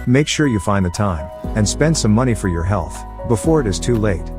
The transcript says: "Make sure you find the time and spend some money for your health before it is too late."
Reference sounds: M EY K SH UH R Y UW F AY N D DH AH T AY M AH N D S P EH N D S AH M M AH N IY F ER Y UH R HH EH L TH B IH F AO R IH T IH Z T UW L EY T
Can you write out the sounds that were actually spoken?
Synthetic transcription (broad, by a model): M EY K SH UH R Y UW F AY N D DH AH T AY M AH N S P EH N D S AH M M AH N IY F ER Y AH R HH EH L TH B IH F AO R IH T IH Z T UW L EY T